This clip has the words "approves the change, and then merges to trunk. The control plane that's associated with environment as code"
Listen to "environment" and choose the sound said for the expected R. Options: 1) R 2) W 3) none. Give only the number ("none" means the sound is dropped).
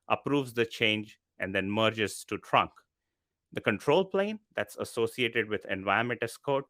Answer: 3